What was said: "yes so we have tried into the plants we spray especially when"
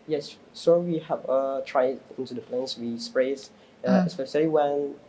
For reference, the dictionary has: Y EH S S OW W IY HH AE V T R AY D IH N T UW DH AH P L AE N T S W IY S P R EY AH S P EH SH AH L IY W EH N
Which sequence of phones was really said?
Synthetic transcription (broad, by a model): Y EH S S OW W IY HH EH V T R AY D IH N T UW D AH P L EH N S W IY S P R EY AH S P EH S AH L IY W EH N